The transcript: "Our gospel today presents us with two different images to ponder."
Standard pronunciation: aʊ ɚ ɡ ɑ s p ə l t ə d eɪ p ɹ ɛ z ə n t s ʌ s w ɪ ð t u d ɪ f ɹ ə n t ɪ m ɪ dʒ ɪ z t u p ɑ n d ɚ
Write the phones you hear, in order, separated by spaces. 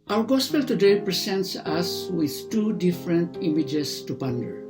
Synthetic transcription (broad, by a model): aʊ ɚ ɡ ɑ s p ə l t ə d eɪ p ɹ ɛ s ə n t s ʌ s w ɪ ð t u d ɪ f ɹ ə n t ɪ m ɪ dʒ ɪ s t u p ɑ n d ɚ